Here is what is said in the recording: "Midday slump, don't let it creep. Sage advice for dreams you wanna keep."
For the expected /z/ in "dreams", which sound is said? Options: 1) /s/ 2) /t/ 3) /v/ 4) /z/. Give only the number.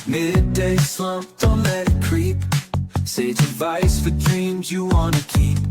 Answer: 4